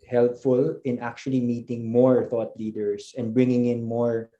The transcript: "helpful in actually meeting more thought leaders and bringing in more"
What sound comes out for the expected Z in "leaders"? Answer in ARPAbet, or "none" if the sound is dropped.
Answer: S